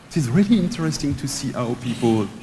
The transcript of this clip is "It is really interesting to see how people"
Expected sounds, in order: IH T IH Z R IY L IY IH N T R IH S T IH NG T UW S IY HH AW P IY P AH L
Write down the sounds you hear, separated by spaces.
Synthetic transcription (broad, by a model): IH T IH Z R IY L IY IH N T R IH S T IH NG T UW S IY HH AW P IY P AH L